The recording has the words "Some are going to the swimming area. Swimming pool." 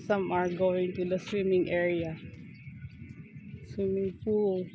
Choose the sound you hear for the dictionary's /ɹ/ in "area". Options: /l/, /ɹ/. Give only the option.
/ɹ/